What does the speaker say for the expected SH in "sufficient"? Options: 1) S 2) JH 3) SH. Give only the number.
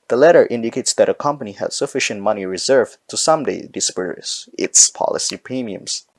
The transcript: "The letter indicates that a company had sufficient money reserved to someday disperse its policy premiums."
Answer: 3